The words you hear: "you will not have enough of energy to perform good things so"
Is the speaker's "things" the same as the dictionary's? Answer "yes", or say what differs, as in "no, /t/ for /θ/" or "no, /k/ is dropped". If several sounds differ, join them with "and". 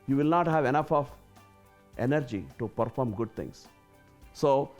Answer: no, /t/ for /θ/